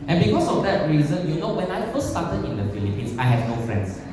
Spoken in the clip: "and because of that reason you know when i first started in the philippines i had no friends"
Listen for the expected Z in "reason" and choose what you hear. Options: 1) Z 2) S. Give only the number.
1